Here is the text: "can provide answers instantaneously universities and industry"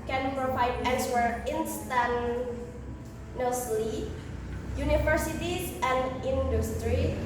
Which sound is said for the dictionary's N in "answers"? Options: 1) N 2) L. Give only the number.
2